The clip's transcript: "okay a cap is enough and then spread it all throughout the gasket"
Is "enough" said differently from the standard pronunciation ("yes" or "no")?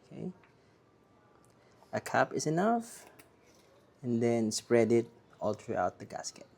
no